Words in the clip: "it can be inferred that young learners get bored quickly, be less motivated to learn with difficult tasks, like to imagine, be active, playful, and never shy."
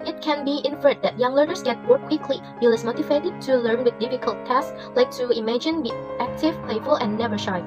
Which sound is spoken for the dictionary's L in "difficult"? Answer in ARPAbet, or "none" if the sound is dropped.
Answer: L